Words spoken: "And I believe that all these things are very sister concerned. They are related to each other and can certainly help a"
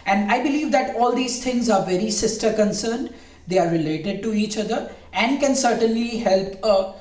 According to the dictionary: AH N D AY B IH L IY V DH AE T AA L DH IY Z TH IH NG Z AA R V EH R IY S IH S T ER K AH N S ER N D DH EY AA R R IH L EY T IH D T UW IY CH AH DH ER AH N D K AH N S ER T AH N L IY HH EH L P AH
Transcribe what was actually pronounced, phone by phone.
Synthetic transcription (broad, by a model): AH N D AY B IH L IY V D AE T AA L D IY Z T IH NG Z AA R V EH R IY S IH S T ER K AH N S ER N D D EY AA R R IH L EY T IH D T UW IY CH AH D ER AH N D K AH N S ER T AH N L IY HH EH L P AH